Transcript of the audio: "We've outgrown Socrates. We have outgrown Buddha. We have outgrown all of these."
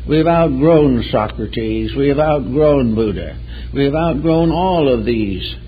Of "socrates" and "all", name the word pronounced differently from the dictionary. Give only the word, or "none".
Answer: none